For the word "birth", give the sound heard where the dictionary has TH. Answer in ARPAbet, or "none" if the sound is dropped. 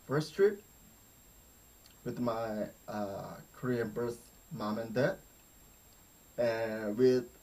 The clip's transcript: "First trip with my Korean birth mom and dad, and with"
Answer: S